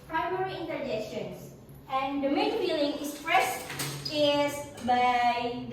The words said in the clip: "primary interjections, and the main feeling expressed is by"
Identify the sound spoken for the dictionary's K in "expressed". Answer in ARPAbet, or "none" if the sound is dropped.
none